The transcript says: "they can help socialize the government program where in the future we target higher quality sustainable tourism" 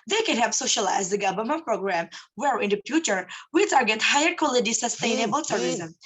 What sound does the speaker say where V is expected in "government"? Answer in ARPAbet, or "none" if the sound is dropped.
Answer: B